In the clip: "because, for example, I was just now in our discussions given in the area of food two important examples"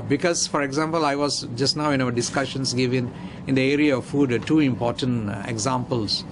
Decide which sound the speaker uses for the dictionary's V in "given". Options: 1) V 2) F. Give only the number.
1